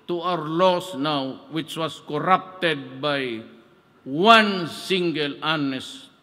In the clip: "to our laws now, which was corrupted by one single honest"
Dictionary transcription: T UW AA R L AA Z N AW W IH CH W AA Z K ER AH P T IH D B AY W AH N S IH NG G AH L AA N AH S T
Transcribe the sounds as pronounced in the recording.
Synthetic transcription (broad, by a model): T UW AA R L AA S N AW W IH CH W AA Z K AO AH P T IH D B AY W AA N S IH NG G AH L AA N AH S